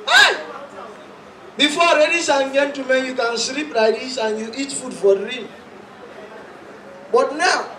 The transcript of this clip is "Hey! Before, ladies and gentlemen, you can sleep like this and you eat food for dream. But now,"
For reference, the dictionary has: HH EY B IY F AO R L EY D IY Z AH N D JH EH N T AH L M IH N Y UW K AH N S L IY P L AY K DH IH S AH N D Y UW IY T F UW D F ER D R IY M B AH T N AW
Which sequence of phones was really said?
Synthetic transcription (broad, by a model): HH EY B IY F AO R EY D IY S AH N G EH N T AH M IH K Y UW K AH N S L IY P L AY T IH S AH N Y UW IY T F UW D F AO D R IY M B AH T N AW